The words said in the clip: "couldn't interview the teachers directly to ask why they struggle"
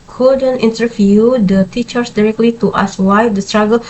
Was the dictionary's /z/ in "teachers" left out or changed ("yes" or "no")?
yes